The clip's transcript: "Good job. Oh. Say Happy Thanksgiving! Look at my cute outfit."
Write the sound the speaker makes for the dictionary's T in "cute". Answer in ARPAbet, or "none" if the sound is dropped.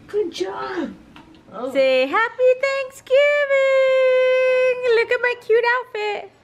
T